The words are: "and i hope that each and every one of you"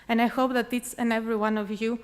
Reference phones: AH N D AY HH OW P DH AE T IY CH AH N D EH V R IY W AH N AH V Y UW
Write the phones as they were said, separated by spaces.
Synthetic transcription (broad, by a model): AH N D AY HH OW P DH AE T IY S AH N EH V R IY W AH N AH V Y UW